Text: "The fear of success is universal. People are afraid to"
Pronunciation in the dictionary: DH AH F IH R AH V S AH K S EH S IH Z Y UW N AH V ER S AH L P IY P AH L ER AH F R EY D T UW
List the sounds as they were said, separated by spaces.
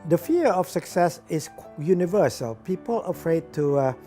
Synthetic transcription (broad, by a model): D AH F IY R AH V S AH K S EH S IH S Y UW N AH V ER S AH L P IY P AH L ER AH F R EY D T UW